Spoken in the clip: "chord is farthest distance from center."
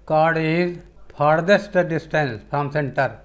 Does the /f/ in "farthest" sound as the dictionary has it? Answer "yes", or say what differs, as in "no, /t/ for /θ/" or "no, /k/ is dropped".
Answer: no, /p/ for /f/